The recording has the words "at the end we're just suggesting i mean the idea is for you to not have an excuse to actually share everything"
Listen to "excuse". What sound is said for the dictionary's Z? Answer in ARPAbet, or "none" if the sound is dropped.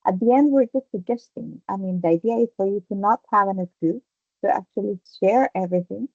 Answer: none